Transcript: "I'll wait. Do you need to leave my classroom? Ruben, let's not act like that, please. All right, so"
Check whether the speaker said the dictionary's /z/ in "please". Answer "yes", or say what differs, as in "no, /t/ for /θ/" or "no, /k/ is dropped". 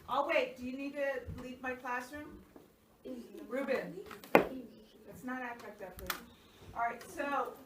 no, /z/ is dropped